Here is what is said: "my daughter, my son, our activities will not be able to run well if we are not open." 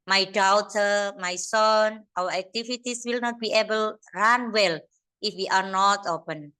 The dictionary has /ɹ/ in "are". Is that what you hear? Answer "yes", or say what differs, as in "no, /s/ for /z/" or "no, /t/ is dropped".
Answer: yes